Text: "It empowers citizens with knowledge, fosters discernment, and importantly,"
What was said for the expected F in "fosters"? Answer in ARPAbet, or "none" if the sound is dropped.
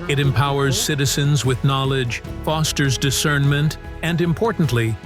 F